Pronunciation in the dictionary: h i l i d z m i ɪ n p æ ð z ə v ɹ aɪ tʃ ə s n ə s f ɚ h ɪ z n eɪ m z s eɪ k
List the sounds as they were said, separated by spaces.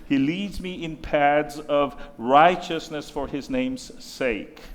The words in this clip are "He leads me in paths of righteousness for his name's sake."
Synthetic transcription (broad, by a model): h i l i d z m i ɪ n p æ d z ə v ɹ aɪ tʃ ə s n ə s f ɚ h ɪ z n eɪ m z s eɪ k